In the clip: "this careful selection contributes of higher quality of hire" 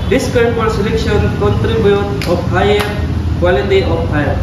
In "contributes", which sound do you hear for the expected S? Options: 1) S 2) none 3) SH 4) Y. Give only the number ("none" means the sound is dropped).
2